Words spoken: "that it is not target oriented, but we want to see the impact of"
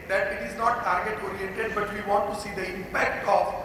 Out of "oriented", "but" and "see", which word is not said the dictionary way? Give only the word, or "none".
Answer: oriented